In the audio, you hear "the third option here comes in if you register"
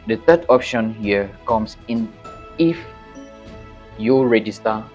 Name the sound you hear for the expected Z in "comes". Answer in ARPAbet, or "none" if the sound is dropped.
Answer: S